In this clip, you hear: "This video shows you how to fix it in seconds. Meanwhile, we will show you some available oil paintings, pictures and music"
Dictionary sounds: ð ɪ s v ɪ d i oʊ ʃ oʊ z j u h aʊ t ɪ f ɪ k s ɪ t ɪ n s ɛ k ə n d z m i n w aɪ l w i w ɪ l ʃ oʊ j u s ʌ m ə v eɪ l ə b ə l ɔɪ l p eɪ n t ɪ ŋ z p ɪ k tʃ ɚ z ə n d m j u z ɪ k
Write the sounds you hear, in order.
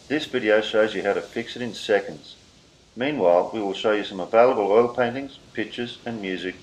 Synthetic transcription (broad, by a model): ð ɪ s v ɪ d i oʊ ʃ oʊ z j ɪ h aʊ t ɪ f ɪ k s ɪ t ɪ n s ɛ k ə n d z m i n w aɪ l w i w ɪ l ʃ oʊ j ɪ s ʌ m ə v eɪ l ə b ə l ɔɪ l p eɪ n t ɪ ŋ z p ɪ k tʃ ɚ z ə n m j u z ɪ k